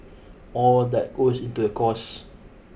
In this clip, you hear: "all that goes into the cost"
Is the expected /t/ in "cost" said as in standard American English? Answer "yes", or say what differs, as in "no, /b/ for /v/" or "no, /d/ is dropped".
no, /t/ is dropped